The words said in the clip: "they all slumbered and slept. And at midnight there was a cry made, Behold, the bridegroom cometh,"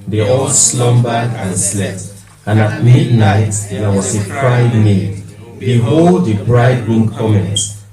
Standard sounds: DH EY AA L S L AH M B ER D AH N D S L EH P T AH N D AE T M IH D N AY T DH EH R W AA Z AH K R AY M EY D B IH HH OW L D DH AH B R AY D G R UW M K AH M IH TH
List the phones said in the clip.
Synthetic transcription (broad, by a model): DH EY AA L S L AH M B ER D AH N S L EH P T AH N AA T M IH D N AY T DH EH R W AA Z AH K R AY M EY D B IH HH OW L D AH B R AY D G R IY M K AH M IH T